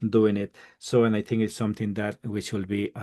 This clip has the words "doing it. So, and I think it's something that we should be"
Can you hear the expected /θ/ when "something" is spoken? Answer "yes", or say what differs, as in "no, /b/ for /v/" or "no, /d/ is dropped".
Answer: no, /t/ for /θ/